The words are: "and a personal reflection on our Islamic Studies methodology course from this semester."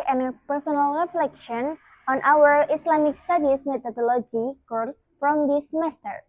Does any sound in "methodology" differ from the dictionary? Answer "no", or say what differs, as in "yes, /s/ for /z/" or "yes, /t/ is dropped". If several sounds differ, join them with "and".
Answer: yes, /t/ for /θ/